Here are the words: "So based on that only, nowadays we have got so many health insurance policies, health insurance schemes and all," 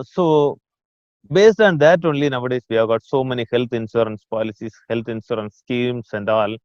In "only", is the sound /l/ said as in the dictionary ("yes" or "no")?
yes